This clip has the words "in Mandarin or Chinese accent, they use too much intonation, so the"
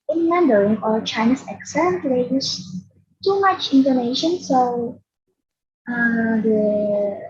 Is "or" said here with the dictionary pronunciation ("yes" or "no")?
no